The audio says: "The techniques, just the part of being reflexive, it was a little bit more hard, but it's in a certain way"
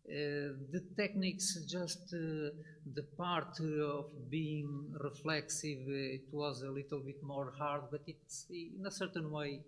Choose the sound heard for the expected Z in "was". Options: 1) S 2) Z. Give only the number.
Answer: 2